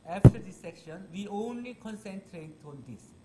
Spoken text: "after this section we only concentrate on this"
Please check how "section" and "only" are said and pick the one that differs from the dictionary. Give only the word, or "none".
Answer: none